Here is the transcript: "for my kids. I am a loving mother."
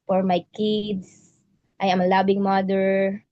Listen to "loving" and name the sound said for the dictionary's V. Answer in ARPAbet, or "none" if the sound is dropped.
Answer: B